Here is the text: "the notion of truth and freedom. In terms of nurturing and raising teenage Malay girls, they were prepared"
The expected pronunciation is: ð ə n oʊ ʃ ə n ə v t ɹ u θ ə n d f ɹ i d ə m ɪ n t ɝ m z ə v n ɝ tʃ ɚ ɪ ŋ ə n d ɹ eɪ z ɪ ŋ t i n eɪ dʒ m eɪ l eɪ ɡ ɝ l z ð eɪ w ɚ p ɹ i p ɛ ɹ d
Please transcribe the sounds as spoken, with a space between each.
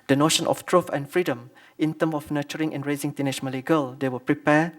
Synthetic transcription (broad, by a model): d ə n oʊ ʃ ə n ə f t ɹ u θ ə n f ɹ i d ə m ɪ n t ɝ m ə f n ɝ tʃ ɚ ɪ ŋ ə n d ɹ eɪ z ɪ ŋ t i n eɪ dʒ m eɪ l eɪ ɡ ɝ l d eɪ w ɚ p ɹ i p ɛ